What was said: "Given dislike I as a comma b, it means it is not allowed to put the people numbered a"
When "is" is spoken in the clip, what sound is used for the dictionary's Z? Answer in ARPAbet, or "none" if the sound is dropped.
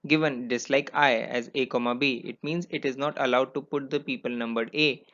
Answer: Z